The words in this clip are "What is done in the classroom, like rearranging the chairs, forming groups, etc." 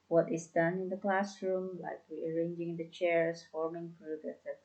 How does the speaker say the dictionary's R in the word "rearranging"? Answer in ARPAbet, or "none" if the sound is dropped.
W